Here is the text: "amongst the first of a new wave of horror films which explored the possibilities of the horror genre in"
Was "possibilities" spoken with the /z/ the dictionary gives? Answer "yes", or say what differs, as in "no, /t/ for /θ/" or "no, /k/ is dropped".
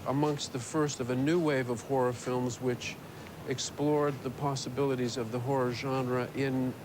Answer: yes